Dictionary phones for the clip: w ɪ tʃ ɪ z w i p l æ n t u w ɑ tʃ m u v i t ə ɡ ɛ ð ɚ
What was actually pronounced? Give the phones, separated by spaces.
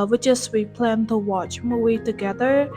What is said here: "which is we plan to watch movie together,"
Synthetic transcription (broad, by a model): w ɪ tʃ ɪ s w i p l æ n t u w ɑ tʃ m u i t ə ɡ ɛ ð ɚ